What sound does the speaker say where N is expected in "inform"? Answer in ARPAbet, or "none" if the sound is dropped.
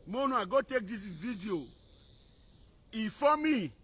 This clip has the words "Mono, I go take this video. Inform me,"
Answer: none